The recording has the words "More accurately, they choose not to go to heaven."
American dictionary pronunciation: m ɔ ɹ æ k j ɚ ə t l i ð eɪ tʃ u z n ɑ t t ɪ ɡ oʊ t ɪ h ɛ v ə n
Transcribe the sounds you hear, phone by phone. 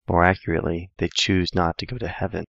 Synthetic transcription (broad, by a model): m ɔ ɹ æ k j ɚ ə t l i ð eɪ tʃ u z n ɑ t t ɪ ɡ oʊ t ɪ h ɛ v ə n